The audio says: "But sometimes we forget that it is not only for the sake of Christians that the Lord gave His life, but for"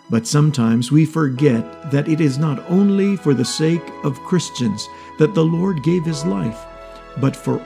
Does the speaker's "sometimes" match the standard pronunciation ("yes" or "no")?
yes